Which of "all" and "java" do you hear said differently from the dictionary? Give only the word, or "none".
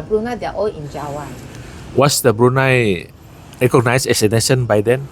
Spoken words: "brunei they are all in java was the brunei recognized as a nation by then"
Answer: java